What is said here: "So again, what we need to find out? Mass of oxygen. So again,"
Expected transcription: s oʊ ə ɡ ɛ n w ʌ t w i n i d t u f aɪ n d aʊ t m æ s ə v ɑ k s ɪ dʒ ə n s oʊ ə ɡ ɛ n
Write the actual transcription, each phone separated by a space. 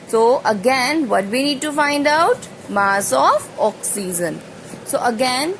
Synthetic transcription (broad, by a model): s oʊ ə ɡ ɛ n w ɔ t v i n i d t u f aɪ n d aʊ t m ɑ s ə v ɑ k s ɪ z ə n s oʊ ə ɡ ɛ n